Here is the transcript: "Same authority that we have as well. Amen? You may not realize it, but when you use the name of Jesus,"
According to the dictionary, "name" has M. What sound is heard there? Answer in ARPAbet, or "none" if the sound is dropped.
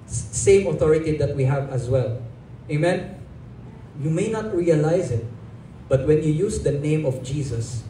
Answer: M